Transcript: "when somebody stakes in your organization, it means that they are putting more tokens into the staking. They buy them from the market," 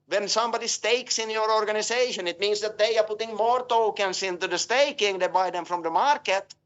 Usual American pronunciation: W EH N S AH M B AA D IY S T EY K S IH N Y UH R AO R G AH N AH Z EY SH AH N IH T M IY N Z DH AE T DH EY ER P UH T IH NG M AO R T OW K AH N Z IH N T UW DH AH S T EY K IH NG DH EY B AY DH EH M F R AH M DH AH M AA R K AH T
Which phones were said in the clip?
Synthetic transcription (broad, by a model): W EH N S AH M B AA D IY S T EY K S IH N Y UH R AO R G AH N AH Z EY SH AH N IH T M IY N S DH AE T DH EY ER P UH T IH NG M AO R T OW K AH N S IH N T UW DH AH S T EY K IH NG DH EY B AY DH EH M F R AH M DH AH M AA R K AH T